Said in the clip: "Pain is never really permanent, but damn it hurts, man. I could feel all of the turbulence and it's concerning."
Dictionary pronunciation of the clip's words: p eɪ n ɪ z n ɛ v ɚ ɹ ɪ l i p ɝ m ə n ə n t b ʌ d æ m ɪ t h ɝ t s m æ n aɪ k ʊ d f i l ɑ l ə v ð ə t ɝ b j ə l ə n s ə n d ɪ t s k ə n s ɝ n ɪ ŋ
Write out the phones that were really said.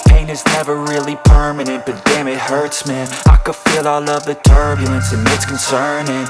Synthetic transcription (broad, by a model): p eɪ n ɪ z n ɛ v ɚ ɹ ɪ l i p ɝ m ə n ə n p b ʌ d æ m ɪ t h ɝ t s m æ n aɪ k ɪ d f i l ɑ l ə v ð ə t ɝ b j l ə n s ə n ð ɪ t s k n s ɝ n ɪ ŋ